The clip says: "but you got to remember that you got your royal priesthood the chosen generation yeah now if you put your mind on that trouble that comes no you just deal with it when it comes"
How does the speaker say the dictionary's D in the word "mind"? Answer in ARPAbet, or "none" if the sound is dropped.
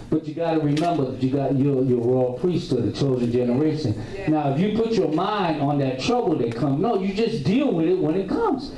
D